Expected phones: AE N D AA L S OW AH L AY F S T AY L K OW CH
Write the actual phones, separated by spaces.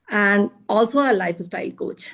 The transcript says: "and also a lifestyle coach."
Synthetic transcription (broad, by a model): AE N D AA L S OW AH L AY F S T AY L K OW CH